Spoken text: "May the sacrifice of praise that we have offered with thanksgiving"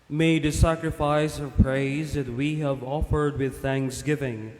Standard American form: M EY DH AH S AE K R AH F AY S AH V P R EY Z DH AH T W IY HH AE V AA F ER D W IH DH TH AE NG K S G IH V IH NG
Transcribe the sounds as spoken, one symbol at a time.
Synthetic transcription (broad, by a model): M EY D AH S AE K R AH F AY S AH V P R EY Z DH AH T W IY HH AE V AA F ER D W IH DH TH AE NG K S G IH V IH NG